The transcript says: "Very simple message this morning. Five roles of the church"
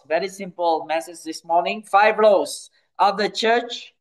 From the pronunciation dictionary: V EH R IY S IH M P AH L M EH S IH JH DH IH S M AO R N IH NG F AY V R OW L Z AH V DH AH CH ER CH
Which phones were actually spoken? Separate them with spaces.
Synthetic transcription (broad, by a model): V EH R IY S IH M P AH L M EH S IH JH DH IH S M AO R N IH NG F AY V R OW Z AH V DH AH CH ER CH